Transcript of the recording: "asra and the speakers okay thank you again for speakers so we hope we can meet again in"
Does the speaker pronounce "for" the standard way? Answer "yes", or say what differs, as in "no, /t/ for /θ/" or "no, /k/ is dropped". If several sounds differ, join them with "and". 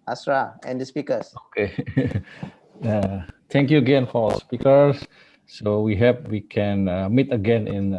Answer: no, /l/ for /ɹ/